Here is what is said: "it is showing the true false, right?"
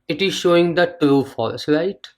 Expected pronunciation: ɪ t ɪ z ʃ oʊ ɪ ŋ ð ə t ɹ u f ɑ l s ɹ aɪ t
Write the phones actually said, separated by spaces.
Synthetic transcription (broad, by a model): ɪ t ɪ z ʃ oʊ ɪ ŋ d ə t ɹ u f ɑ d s ɹ aɪ t